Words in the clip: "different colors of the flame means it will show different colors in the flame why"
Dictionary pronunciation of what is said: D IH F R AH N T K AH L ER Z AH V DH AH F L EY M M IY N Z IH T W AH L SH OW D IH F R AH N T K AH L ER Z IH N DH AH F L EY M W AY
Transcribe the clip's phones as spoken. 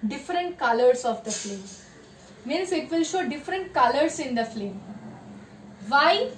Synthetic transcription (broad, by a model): D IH F R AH N T K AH L ER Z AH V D AH F L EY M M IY N S IH T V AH L SH OW D IH F R AH N T K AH L ER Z IH N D AH F L EY M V AY